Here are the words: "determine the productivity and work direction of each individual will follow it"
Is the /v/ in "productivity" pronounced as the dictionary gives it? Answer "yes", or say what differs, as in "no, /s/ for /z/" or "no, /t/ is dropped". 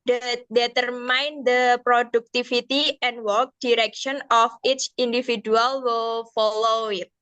no, /f/ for /v/